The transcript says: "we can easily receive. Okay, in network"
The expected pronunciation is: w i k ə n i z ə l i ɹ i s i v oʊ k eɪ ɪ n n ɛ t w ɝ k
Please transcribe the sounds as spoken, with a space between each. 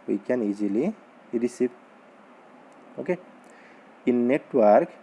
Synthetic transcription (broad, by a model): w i k ə n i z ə l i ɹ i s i p oʊ k eɪ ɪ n n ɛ t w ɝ k